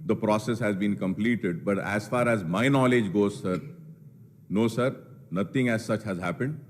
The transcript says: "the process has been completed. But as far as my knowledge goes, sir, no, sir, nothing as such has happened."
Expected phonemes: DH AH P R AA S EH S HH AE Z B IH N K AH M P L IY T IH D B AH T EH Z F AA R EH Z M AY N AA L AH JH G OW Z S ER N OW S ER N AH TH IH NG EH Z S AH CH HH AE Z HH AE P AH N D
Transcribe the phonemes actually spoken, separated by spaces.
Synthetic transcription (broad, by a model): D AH P R AA S EH S HH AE Z B IH N K AH M P L IY T IH D B AH T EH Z F AA R EH Z M AY N AA L AH JH G OW Z S ER N OW S ER N AH T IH NG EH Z S AH CH HH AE Z HH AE P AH N D